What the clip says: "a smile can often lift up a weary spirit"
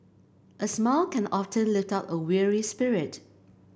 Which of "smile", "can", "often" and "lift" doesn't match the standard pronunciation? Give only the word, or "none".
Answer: none